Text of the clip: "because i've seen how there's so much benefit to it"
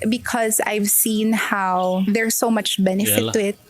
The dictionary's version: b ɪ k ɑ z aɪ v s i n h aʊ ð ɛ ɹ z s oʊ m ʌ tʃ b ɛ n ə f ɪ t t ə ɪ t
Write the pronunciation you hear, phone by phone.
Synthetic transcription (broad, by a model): b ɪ k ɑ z aɪ v s i n h aʊ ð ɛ ɹ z s oʊ m ʌ tʃ b ɛ n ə f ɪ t t ə ɪ t